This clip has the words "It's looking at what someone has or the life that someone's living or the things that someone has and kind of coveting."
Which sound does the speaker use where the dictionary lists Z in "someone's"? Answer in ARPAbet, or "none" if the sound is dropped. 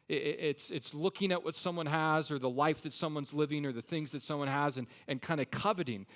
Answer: Z